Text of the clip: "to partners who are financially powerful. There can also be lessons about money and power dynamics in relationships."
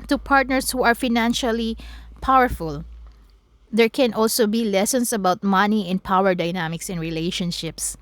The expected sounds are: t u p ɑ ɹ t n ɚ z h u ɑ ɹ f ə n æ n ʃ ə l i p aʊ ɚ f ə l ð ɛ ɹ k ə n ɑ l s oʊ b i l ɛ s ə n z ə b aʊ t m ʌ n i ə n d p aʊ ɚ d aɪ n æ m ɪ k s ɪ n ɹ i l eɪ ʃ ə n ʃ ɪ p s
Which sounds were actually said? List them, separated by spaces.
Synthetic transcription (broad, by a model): t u p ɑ ɹ t n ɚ s h u ɑ ɹ f ə n æ n ʃ ə l i p aʊ ɚ f ə l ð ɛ ɹ k ə n ɑ l s oʊ b i l ɛ s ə n s ə b aʊ t m ʌ n i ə n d p aʊ ɚ d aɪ n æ m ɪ k s ɪ n ɹ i l eɪ ʃ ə n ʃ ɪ p s